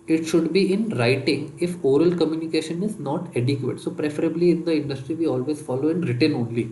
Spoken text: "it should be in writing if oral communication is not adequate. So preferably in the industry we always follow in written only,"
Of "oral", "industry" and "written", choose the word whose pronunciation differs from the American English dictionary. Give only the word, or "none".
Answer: none